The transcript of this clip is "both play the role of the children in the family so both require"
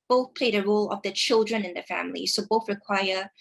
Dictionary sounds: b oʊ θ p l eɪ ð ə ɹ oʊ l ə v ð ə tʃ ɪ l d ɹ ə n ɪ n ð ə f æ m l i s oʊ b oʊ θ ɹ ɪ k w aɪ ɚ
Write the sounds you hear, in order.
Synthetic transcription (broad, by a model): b oʊ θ p l eɪ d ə ɹ oʊ l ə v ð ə tʃ ɪ l d ɹ ə n ɪ n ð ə f æ m l i s oʊ b oʊ θ ɹ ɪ k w aɪ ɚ